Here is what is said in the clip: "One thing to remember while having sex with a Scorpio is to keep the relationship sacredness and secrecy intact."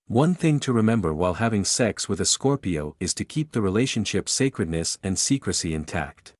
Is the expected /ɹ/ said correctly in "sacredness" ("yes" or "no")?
yes